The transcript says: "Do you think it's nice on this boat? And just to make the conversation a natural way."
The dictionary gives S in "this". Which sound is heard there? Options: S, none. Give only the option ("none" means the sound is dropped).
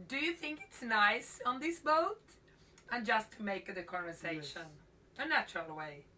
S